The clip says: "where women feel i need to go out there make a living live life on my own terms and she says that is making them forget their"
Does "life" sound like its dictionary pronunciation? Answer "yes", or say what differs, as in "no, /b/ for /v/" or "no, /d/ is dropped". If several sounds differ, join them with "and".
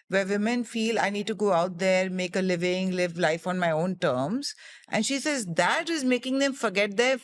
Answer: yes